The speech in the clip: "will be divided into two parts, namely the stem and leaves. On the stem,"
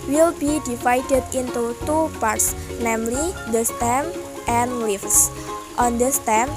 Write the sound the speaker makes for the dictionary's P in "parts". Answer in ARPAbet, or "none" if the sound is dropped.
P